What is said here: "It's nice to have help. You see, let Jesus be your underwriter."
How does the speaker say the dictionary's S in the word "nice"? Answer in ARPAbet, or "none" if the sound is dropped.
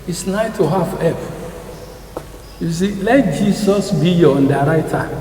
none